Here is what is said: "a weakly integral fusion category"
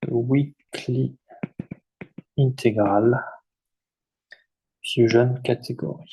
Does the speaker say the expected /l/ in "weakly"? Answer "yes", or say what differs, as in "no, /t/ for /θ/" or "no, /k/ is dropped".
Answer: yes